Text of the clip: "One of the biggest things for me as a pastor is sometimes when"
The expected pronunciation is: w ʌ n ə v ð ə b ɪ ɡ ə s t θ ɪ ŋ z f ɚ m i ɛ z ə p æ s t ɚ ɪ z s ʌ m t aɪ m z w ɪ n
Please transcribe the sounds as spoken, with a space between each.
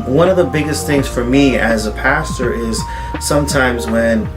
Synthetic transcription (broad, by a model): w ʌ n ə v ð ə b ɪ ɡ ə s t θ ɪ ŋ z f ɚ m i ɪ z ə p æ s t ɚ ɪ z s ʌ m t aɪ m z w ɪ n